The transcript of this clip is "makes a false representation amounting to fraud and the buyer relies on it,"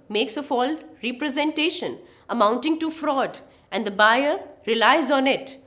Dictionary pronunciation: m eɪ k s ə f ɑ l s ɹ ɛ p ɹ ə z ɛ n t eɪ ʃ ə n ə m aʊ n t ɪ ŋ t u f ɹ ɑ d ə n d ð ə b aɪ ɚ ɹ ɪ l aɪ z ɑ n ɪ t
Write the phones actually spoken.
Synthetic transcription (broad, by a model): m eɪ k s ə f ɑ l ɹ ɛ p ɹ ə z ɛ n t eɪ ʃ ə n ə m aʊ n t ɪ ŋ t u f ɹ ɑ d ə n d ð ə b aɪ ɚ ɹ ɪ l aɪ z ɑ n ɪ t